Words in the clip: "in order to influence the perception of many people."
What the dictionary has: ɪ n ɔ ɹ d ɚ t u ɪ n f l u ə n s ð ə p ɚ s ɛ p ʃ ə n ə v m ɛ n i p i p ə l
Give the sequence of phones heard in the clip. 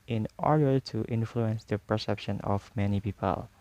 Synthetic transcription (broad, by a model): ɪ n ɔ ɹ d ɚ t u ɪ n f l u ə n s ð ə p ɚ s ɛ p ʃ ə n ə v m ɛ n i p i p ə l